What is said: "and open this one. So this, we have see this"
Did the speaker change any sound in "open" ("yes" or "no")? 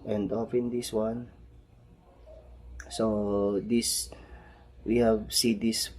yes